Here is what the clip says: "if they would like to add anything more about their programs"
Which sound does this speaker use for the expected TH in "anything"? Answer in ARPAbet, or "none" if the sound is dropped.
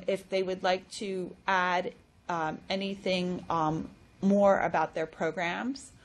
TH